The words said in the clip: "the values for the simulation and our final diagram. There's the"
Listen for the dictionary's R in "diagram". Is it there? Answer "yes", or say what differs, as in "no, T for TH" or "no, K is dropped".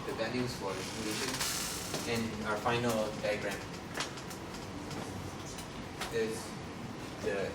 yes